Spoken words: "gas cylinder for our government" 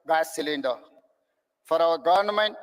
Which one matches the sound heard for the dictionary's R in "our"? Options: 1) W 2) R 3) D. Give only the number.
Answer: 1